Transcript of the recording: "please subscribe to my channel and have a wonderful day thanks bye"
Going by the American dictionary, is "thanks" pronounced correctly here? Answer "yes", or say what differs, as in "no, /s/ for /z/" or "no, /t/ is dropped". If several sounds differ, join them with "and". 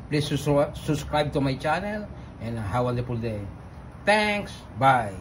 no, /t/ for /θ/